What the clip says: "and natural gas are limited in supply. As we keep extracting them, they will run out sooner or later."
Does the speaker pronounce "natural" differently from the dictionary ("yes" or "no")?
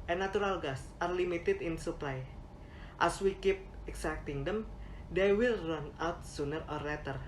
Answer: yes